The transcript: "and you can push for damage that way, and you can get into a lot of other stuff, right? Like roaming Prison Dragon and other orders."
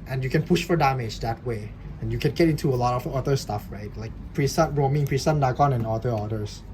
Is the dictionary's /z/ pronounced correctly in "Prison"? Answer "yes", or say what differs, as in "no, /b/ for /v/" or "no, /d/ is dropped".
no, /s/ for /z/